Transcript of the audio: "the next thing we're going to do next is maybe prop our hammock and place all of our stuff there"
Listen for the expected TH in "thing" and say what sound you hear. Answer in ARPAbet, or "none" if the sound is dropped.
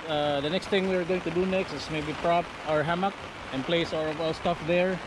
T